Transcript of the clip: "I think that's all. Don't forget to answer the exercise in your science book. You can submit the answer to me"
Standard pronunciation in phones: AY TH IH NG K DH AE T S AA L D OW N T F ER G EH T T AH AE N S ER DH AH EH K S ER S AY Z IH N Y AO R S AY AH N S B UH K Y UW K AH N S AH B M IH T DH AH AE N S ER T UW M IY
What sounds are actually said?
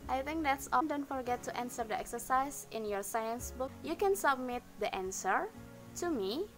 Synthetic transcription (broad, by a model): AY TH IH NG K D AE T S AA N D OW N T F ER G EH T T AH N S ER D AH EH K S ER S AY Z IH N Y AO R S AY AH N S B UH K Y UW K AH N S AH B M IH T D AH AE N S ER T UW M IY